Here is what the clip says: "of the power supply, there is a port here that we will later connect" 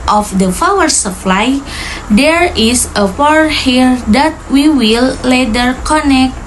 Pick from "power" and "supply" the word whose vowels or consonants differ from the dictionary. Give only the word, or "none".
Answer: power